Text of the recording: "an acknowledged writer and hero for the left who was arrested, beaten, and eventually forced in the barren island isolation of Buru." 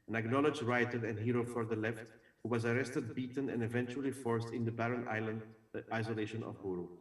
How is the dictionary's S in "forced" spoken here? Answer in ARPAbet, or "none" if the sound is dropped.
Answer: S